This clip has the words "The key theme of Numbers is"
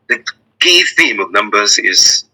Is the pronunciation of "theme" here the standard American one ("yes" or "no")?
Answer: yes